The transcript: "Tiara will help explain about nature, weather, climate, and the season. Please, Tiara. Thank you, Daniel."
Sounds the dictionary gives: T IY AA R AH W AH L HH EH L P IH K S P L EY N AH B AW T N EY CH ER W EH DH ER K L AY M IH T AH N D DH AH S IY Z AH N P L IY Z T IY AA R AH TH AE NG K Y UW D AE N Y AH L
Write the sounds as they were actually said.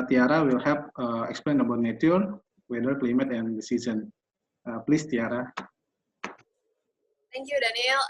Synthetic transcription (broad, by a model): T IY AA R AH W AH L HH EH P IH K S P L EY N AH B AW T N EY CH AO W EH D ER K L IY M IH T AH N D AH S IY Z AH N P L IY S T IY AA R AH T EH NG K Y UW D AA N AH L